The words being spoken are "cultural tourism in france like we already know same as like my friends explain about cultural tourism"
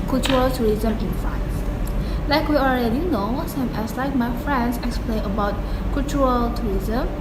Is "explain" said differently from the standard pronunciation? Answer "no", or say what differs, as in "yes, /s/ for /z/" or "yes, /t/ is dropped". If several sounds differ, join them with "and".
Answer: no